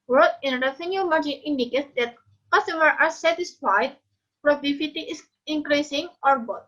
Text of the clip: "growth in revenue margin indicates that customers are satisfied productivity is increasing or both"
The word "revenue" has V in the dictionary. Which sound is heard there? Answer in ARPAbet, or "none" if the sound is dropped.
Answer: F